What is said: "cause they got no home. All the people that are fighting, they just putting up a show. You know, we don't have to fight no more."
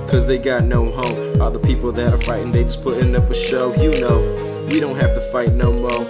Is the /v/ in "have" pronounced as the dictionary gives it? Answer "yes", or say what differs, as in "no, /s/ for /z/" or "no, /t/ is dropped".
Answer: no, /f/ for /v/